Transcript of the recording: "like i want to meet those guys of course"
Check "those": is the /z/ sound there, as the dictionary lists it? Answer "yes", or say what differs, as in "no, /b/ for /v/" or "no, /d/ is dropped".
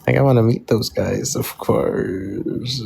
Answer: yes